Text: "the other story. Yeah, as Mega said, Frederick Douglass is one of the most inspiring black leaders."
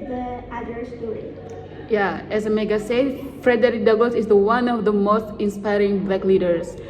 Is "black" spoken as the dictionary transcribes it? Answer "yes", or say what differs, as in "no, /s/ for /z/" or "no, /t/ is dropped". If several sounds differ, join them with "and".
no, /l/ is dropped